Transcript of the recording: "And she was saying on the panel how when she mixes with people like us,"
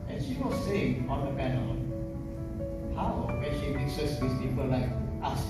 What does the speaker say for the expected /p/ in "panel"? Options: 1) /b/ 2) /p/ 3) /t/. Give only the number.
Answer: 1